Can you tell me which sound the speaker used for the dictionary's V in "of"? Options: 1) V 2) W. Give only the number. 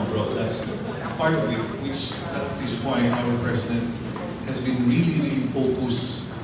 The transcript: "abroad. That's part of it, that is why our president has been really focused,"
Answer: 2